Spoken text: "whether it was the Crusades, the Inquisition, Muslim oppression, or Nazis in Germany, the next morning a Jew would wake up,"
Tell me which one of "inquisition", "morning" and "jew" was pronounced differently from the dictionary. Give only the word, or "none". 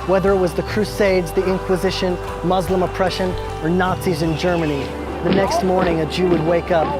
none